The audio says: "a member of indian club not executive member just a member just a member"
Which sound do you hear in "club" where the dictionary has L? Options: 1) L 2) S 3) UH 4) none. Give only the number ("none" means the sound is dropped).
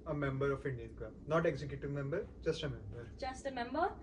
4